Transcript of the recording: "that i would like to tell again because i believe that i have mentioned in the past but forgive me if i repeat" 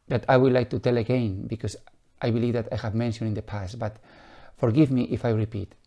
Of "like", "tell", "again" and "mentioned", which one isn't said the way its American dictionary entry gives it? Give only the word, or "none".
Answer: mentioned